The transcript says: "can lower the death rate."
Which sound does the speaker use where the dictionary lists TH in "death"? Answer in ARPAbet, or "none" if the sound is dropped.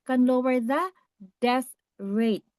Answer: S